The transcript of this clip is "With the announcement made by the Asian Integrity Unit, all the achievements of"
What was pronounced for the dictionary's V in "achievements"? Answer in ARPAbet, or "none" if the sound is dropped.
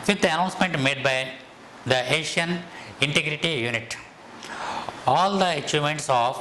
none